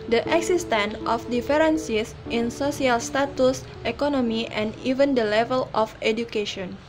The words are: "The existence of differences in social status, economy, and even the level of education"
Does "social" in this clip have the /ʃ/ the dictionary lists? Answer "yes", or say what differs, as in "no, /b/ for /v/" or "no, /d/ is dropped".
no, /s/ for /ʃ/